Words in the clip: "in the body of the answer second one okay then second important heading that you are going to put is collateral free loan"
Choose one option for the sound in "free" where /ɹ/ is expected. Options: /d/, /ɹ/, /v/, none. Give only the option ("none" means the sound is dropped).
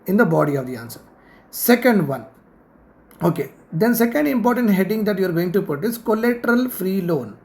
/ɹ/